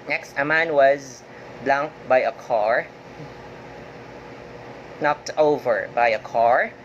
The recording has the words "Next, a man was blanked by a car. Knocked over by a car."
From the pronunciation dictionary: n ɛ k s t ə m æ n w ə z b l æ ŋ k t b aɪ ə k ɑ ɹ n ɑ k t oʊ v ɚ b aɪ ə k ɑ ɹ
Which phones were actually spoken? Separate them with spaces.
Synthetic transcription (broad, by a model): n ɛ k s t ə m æ n w ə z b l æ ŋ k b aɪ ə k ɑ ɹ n ɑ k t oʊ v ɚ b aɪ ə k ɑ ɹ